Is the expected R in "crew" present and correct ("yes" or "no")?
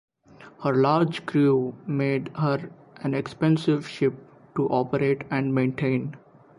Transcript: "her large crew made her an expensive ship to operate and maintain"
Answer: yes